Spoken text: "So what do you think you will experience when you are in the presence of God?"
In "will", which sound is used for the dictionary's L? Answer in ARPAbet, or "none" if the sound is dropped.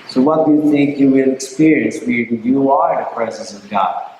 N